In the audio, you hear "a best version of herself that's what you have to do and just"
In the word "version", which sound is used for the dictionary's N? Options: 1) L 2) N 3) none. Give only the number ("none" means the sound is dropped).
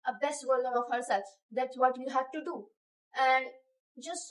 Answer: 1